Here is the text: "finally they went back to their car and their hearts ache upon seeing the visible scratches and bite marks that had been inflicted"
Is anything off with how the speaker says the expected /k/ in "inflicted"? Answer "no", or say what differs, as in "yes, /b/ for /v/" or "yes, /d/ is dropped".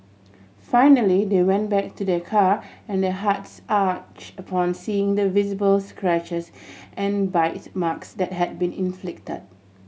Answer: no